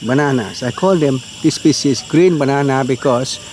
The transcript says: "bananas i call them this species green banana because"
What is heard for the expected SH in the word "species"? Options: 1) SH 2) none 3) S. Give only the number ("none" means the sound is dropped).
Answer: 3